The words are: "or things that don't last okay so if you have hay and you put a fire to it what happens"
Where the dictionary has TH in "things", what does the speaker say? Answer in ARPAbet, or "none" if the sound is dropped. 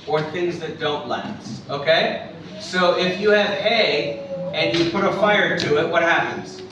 TH